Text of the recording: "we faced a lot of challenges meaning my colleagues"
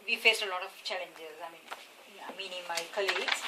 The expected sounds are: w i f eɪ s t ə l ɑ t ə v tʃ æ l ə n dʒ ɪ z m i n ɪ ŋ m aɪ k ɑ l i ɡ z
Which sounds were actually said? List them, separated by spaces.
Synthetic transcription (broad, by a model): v i f eɪ s t ə l ɑ t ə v tʃ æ l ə n dʒ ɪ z m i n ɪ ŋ m aɪ k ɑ l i ɡ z